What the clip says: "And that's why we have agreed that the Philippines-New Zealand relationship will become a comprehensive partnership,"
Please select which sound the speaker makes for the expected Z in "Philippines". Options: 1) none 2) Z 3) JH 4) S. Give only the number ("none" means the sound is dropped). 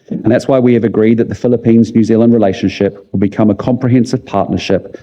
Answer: 2